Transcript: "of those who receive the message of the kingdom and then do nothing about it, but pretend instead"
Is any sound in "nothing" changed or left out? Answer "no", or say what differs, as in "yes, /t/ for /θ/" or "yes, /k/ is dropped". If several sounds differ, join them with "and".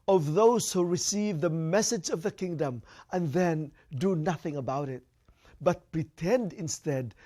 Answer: no